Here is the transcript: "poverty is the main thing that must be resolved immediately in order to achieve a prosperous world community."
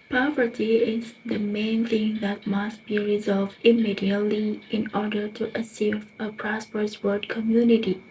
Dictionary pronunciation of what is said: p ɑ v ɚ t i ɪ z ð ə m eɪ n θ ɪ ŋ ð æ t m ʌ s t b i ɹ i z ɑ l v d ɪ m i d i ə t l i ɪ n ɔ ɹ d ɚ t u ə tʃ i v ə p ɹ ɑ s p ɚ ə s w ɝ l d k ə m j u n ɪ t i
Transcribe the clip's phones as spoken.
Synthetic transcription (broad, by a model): p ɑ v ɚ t i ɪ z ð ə m eɪ n θ ɪ ŋ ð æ t m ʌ s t b i ɹ i z ɑ l v d ɪ m i d i ə t l i ɪ n ɔ ɹ d ɚ t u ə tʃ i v ə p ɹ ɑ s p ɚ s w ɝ d k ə m j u n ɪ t i